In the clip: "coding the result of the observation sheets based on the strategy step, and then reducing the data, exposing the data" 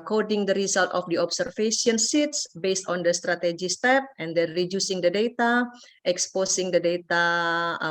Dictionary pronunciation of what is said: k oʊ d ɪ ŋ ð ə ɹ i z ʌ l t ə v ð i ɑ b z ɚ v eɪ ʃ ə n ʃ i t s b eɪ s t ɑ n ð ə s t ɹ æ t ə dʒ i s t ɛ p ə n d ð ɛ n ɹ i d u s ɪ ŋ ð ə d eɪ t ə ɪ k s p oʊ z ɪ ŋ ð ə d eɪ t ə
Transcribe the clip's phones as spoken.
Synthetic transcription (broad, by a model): k oʊ d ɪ ŋ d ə ɹ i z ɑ l t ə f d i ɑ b s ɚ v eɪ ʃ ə n s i t s b eɪ s t ɑ n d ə s t ɹ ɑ t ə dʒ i s t ɛ p ə n d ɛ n ɹ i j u s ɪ ŋ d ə d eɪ t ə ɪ k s p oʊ s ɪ ŋ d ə d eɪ t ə